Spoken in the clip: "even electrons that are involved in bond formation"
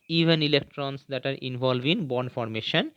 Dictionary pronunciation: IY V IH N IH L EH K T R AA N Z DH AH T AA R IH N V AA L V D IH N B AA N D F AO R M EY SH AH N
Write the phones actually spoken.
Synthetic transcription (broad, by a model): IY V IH N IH L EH K T R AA N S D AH T AA R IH N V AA L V IH N B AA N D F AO R M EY SH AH N